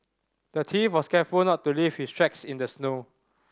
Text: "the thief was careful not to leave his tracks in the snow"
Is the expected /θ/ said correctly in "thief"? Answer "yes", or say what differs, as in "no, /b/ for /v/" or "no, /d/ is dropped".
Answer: no, /t/ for /θ/